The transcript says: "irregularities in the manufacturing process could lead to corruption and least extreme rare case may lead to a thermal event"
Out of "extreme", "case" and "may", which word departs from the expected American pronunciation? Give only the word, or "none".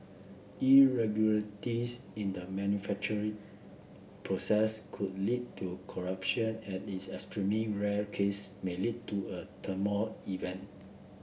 extreme